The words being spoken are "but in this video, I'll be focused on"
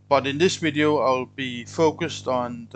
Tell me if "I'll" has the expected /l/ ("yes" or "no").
yes